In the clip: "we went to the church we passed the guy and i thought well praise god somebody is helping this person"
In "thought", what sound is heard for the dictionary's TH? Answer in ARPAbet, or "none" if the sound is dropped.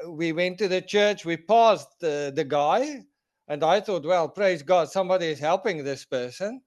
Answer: TH